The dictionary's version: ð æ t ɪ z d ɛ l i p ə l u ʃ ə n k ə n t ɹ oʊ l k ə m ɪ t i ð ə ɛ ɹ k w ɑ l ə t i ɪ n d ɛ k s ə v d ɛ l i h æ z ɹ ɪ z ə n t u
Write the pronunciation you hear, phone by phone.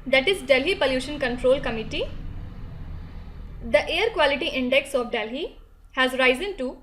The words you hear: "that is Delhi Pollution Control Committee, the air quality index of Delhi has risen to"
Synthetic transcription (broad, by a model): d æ t ɪ z d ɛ l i p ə l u ʃ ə n k ə n t ɹ oʊ l k ə m ɪ t i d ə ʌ ɹ k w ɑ l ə t i ɪ n d ɛ k s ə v d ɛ l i h æ z ɹ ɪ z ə n t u